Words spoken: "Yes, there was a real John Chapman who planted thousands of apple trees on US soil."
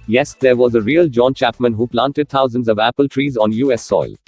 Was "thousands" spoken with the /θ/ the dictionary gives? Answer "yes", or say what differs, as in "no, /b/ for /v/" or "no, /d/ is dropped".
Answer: no, /t/ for /θ/